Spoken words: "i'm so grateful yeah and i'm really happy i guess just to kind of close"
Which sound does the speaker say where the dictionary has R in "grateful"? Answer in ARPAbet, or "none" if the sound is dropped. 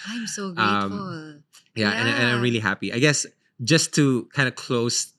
none